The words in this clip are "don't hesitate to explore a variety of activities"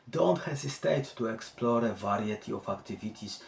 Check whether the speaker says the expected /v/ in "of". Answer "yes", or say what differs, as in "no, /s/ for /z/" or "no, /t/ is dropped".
no, /f/ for /v/